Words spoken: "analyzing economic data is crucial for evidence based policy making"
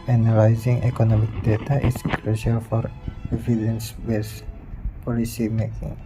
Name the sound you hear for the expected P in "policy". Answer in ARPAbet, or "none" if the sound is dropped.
P